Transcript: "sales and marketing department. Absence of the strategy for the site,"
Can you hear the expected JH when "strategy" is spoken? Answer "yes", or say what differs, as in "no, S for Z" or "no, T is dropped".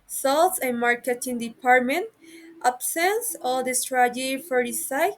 no, JH is dropped